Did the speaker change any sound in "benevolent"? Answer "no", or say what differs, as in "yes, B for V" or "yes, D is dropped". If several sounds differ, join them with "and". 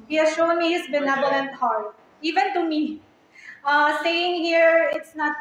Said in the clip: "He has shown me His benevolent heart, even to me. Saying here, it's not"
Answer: yes, B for V